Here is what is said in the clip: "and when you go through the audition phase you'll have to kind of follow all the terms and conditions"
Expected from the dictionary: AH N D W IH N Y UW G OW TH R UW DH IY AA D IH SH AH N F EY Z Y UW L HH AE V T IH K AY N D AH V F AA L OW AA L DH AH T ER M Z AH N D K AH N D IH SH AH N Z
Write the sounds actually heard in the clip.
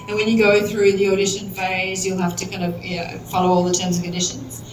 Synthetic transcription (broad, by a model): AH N W IH N Y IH G OW TH R UW DH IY AA D IH SH AH N F EY Z Y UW L HH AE F T IH K AY N D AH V F AA L OW AA L DH AH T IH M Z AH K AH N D IH SH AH N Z